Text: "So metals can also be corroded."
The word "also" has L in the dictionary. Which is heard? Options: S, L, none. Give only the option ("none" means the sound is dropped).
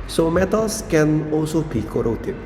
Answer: none